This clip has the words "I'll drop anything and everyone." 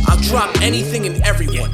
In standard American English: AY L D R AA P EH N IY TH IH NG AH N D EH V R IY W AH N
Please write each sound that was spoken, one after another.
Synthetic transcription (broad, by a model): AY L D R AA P EH N IY TH IH NG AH N EH V R IY W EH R